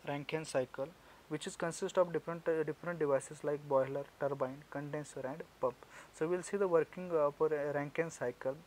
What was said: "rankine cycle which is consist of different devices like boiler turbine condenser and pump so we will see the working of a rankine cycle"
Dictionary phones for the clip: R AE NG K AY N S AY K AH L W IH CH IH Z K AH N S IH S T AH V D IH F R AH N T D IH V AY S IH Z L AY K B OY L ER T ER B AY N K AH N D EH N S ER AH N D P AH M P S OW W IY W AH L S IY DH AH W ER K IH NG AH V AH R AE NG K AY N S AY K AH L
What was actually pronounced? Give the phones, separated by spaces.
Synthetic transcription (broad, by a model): R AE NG K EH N S AY K AH L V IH CH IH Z K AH N S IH S T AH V D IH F R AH N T D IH V AY S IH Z L AY K B OY L ER T ER B AY N K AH N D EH N S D AH N D P AH M P S OW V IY L S IY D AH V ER K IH NG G P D R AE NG K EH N S AY K AH L